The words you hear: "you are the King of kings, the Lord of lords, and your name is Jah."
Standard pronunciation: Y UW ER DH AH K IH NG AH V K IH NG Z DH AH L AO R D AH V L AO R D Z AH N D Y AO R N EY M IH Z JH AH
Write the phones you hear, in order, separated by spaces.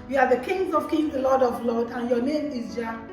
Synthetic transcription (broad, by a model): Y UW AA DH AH K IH NG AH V K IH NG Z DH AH L AO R D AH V L AO D AH N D Y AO N EY M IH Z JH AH